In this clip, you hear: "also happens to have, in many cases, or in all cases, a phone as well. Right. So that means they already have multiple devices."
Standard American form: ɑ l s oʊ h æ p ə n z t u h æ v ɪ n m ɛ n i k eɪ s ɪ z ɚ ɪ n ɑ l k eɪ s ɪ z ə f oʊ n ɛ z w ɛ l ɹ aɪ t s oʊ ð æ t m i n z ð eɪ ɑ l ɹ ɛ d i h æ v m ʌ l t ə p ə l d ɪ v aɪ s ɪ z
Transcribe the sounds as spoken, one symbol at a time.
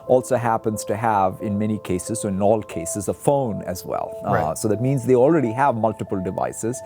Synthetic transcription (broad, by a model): ɑ l s oʊ h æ p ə n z t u h æ v ɪ n m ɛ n i k eɪ s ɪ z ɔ ɪ n ɑ l k eɪ s ɪ z ə f oʊ n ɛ z w ɛ l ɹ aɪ s oʊ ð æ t m i n z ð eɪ ɑ l ɹ ɛ d i h æ v m ʌ l t ə p ə l d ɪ v aɪ s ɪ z